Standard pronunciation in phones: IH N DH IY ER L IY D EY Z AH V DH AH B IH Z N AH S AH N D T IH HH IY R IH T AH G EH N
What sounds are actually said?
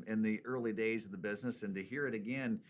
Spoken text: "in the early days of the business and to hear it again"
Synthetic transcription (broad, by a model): IH N DH IY ER L IY D EY Z AH V DH AH B IH Z N AH S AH N T IH HH IY R IH T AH G EH N